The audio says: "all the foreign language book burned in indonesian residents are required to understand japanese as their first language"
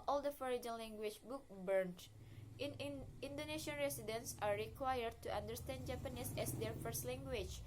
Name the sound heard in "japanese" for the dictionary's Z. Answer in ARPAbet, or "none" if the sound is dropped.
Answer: S